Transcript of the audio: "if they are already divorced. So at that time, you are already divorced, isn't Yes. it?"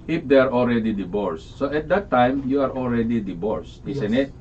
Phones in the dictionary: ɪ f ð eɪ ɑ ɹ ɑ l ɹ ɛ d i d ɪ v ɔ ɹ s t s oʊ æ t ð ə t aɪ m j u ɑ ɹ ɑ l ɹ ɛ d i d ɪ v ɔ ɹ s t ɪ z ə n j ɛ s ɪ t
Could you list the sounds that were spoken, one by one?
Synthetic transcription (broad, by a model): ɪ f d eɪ ɑ ɹ ɑ l ɹ ɛ d i d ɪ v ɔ ɹ s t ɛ t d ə t aɪ m j u ɑ ɹ ɑ l ɹ ɛ d i d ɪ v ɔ ɹ s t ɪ s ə n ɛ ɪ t